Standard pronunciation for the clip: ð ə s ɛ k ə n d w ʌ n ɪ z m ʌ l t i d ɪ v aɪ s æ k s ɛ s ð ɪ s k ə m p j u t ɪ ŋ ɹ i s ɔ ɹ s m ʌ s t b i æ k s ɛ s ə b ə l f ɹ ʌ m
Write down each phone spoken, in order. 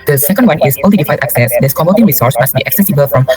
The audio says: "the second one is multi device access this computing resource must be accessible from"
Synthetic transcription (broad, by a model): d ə s ɛ k ə n d w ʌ n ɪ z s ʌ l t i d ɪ f aɪ æ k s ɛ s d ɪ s k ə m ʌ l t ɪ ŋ ɹ i s ɔ ɹ s m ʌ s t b i æ k s ɛ s ə b ə l f ɹ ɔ m